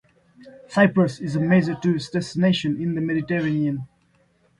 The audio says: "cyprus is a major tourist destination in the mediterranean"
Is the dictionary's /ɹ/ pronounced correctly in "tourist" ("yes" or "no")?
no